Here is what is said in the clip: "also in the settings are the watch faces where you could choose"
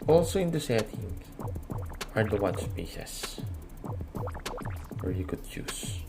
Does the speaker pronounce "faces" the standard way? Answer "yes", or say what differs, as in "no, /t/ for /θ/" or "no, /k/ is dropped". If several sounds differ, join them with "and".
no, /p/ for /f/